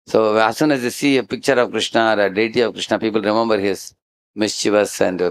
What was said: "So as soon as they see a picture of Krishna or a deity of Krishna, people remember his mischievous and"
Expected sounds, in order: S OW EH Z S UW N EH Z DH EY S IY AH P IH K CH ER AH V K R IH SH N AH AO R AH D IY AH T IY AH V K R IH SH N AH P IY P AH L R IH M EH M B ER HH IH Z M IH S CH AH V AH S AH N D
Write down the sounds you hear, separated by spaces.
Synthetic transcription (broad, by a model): S OW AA S UW N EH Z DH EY S IY AH P IH K CH ER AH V K R IH SH N AH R AH D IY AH T IY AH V K R IH SH N AH P IY P AH L R IH M EH M B ER HH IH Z M IH S CH AH V AH S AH N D